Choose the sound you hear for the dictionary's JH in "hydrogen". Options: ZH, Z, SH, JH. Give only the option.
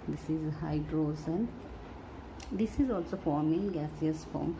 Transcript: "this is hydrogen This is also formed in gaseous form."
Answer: Z